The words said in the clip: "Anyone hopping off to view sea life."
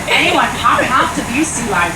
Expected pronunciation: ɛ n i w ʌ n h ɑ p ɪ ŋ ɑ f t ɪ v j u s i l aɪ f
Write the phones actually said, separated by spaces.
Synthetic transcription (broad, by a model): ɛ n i w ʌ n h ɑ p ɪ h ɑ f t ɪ b j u s i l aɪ